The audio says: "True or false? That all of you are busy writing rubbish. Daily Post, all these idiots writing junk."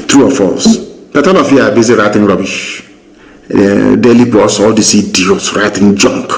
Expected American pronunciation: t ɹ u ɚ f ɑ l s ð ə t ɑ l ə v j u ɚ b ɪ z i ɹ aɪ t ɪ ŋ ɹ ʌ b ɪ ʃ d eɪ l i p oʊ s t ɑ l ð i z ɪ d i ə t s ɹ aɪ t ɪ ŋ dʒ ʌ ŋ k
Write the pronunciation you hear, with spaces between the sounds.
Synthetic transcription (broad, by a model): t ɹ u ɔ f ɑ l s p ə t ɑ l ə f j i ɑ b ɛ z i ɹ aɪ t ɪ ŋ ɹ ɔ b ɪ ʃ d eɪ l i b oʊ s ɑ l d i s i d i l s ɹ aɪ t ɪ ŋ dʒ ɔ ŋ k